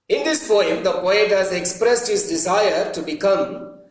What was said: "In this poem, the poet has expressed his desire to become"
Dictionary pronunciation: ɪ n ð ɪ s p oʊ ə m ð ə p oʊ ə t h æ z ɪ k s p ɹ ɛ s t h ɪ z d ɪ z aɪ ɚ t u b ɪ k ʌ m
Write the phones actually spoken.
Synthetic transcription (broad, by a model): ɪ n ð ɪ s f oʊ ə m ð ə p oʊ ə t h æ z ɪ k s p ɹ ɛ s t h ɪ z d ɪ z aɪ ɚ t u b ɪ k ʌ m